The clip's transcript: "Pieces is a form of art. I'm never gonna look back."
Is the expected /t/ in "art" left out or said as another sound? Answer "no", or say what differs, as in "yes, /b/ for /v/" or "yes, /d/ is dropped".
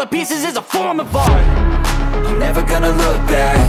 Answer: yes, /t/ is dropped